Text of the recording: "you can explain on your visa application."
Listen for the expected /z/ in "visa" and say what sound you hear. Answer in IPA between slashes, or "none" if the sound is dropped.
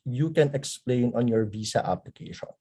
/s/